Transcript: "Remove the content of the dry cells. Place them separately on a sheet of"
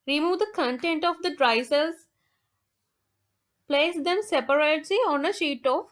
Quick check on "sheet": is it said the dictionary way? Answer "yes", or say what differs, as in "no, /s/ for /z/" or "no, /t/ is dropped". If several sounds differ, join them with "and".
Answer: yes